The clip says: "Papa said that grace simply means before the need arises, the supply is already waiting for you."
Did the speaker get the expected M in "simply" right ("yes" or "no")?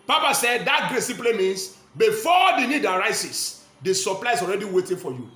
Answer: no